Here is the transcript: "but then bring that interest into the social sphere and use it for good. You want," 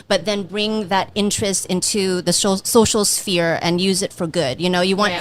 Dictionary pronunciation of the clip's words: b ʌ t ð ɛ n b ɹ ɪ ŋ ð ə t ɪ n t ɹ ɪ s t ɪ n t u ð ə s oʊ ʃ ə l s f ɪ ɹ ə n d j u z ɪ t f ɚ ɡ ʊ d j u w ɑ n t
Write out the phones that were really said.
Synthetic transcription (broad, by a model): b ʌ t ð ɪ n b ɹ ɪ ŋ ð ə t ɪ n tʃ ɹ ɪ s t ɪ n t u ð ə s oʊ ʃ l s f ɪ ɹ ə n j u z ɪ t f ɚ ɡ ʊ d j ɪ w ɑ n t